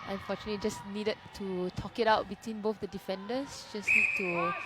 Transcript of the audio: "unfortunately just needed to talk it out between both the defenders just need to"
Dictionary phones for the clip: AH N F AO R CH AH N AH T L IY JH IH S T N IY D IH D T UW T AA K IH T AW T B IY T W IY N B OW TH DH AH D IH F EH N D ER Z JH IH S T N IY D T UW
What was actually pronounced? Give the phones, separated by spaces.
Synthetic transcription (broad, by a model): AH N F AO CH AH N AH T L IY JH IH S N IY D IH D T UW T AA K IH T AW T B IY T W IY N B OW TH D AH D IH F EH N D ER S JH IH S N IY D T UW